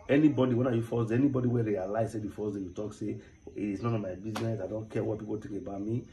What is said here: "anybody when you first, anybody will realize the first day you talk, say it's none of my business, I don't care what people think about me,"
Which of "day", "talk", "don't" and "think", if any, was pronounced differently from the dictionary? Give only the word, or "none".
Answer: think